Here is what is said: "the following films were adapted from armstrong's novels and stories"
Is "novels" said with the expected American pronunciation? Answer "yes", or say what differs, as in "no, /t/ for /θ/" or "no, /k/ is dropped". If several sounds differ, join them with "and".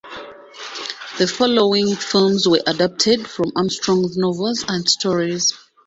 yes